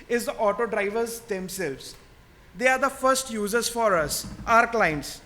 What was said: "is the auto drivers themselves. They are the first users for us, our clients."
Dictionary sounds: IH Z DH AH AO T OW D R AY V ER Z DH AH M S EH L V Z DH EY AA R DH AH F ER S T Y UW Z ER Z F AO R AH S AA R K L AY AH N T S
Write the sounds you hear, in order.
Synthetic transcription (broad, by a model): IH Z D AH AO T OW D R AY V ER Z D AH M S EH L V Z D EY AA R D AH F ER S T Y UW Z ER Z F AO R AH S AA R K L AY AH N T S